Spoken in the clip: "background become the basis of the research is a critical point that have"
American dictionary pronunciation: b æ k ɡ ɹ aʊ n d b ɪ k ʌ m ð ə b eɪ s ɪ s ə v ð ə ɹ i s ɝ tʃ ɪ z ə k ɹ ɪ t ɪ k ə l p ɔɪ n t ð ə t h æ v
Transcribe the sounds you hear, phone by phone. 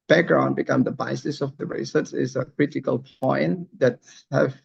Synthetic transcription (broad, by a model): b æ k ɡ ɹ aʊ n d b ɪ k ʌ m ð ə b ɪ s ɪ s ə v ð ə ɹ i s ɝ s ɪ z ə k ɹ ɪ t ɪ k ə l p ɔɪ n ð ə t h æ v